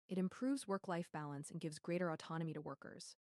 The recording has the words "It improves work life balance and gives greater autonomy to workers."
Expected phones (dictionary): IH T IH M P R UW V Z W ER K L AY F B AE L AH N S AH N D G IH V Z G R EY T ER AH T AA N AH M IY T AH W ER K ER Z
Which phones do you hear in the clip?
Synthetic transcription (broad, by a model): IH T IH M P R UW V Z W ER K L AY F B AE L AH N S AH N G IH V Z G R EY T ER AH T AA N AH M IY T AH W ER K ER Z